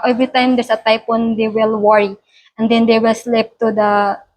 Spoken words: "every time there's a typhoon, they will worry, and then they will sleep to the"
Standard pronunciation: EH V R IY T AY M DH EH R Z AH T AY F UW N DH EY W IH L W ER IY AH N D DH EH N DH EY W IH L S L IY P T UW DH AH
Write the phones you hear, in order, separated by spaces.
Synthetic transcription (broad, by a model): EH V R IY T AY M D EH R S AH T AY P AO N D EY W IH L W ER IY AH N D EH N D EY W IH L S L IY P T UW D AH